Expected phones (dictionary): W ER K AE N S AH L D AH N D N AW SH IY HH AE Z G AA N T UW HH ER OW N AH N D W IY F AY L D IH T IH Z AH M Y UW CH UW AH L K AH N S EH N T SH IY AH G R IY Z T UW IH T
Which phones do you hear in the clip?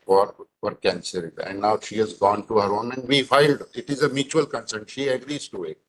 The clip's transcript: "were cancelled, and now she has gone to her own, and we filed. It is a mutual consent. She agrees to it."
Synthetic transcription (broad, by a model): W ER K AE N S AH D AH N D N AW SH IY HH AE Z G AA N T UW HH ER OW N AH N D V IY F AY L D IH T IH Z AH M Y UW CH UW AH L K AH N S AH N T SH IY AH G R IY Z T UW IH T